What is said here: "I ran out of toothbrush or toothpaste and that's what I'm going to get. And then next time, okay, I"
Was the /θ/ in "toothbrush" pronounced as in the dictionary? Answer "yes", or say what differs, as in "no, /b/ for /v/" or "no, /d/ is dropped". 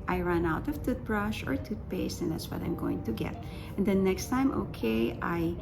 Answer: no, /t/ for /θ/